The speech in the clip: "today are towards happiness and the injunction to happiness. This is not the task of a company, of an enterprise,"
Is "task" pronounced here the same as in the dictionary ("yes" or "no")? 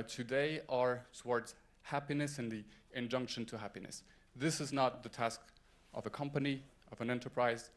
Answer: yes